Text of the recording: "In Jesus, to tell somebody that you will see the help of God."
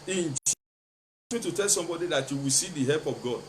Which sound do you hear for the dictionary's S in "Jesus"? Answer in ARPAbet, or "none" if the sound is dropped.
none